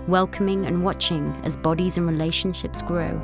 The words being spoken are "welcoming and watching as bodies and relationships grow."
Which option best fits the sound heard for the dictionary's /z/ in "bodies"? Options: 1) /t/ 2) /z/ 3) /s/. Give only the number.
2